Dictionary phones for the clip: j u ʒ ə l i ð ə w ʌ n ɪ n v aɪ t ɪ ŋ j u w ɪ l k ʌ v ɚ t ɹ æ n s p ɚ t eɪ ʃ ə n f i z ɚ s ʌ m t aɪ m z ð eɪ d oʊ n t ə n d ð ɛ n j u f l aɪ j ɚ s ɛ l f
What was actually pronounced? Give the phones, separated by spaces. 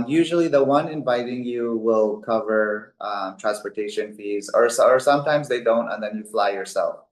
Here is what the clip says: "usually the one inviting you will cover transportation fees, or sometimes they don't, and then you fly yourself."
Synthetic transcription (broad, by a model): j u ʒ l i ð ə w ʌ n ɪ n v aɪ t ɪ ŋ j u w ɪ l k ʌ v ɚ t ɹ æ n s p ɚ t eɪ ʃ ə n f i z ɚ s ʌ m t aɪ m z ð eɪ d oʊ n t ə n ð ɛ n j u f l aɪ j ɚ s ɛ l f